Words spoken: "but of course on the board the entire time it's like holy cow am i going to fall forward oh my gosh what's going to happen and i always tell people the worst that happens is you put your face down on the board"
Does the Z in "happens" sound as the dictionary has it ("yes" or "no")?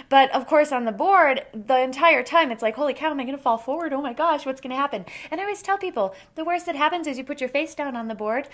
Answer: yes